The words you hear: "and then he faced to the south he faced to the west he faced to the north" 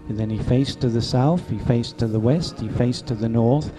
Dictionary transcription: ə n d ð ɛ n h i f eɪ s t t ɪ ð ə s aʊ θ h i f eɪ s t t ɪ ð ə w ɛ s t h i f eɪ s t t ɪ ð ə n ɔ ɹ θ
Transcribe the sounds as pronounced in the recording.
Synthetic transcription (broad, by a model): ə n ð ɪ n i f eɪ s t t ɪ ð ə s aʊ θ h i f eɪ s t t ɪ ð ə w ɛ s t h i f eɪ s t t ɪ ð ə n ɔ ɹ θ